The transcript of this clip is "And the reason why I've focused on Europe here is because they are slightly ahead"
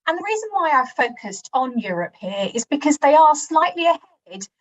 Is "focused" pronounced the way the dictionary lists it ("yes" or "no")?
yes